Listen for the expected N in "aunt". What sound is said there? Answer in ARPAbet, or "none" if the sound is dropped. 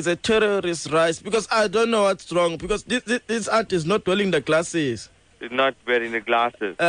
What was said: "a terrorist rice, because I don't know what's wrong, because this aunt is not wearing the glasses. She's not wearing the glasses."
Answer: none